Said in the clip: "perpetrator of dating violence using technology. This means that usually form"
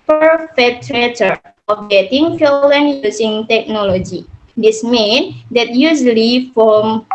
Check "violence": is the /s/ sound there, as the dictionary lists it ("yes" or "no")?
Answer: no